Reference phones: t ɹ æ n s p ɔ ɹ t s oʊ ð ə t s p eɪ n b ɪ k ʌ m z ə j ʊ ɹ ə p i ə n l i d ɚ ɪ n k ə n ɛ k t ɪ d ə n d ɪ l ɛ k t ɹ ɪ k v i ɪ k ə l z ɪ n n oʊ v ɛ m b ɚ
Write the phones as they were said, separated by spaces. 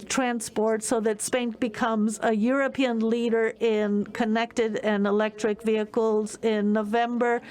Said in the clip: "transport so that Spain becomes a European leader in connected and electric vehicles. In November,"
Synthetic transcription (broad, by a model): t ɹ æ n s p ɔ ɹ t s oʊ ð ə t s p eɪ n b ɪ k ʌ m z ə j ʊ ɹ ə p i ə n l i d ɚ ɪ n k ə n ɛ k t ɪ d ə n ɪ l ɛ k t ɹ ɪ k v i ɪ k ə l z ɪ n n oʊ v ɛ m b ɚ